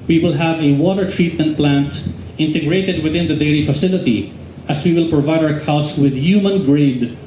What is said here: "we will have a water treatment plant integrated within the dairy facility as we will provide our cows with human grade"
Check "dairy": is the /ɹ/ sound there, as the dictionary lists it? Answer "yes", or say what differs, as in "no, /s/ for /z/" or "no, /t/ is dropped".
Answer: no, /l/ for /ɹ/